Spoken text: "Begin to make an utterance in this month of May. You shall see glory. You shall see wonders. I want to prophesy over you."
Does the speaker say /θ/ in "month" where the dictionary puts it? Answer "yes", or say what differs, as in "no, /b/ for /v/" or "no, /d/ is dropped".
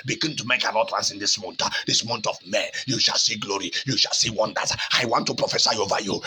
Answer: no, /t/ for /θ/